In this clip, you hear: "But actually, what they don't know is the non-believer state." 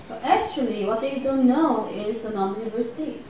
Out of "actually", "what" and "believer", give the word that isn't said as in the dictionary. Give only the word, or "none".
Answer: believer